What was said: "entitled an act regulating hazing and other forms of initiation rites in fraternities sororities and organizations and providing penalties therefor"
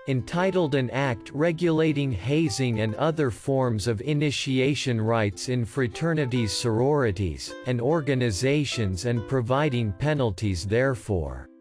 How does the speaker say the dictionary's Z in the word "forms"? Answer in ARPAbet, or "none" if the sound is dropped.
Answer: Z